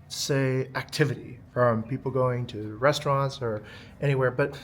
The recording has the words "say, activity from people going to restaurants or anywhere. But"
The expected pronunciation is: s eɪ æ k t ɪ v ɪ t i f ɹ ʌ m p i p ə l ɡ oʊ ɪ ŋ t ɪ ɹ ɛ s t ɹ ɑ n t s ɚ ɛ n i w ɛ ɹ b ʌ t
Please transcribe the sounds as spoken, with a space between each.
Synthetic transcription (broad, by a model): s eɪ æ k t ɪ v ɪ t i f ɹ ʌ m p i p l ɡ oʊ ɪ ŋ t ɪ ɹ ɛ s t ɹ ɑ n t s ɚ ɛ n i w ɛ ɹ b ʌ t